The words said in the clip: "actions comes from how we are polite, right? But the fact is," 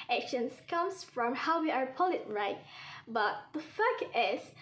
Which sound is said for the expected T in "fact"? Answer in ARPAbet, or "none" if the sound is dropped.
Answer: none